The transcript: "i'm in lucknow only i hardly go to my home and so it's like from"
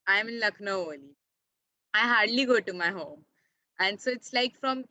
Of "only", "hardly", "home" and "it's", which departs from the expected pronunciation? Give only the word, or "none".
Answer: only